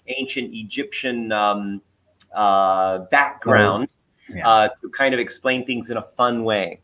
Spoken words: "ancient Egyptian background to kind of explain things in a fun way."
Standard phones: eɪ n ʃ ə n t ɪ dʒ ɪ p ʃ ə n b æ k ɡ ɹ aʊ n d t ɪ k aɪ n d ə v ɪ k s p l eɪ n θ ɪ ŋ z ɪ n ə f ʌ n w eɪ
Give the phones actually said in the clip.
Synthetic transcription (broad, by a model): eɪ n ʃ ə n t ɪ dʒ ɪ p ʃ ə n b æ k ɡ ɹ aʊ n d t ɪ k aɪ n d ə v ɪ k s p l eɪ n θ ɪ ŋ z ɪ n ə f ʌ n w eɪ